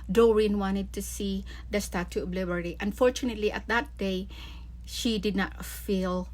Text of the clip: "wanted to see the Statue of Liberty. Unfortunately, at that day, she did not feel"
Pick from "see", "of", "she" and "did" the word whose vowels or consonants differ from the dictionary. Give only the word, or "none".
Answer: of